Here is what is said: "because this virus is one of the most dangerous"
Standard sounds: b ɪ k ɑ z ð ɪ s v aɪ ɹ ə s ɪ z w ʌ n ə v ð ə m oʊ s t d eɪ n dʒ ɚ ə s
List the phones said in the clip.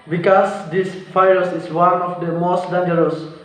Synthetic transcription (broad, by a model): b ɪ k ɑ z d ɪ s f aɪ ə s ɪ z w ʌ n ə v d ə m oʊ s t d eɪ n dʒ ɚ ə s